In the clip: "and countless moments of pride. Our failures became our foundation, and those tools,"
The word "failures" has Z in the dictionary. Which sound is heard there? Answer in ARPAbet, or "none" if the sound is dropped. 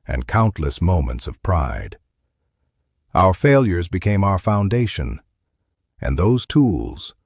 Z